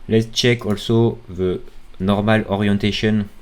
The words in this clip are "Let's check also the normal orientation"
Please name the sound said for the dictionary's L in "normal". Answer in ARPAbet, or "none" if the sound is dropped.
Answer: L